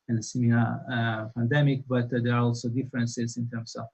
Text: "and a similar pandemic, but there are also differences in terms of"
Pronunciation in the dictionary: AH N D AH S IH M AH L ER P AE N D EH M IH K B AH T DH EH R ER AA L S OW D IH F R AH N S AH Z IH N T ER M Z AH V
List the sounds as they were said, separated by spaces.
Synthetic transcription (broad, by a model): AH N S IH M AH ER P AE N D EH M IH K B AH T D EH R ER AA L S OW D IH F R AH N S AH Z IH N T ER M S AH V